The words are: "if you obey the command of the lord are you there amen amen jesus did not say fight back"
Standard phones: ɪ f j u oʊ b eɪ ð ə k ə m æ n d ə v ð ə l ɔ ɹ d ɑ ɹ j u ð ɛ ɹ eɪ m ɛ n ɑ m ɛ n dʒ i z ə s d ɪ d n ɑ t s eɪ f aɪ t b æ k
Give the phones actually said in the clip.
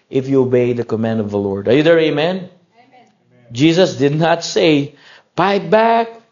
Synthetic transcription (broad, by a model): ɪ f j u oʊ b eɪ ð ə k ə m æ n d ə v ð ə l ɔ ɹ d ɑ ɹ j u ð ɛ ɹ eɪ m m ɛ n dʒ i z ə s d ɪ d n ɑ t s eɪ p aɪ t b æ k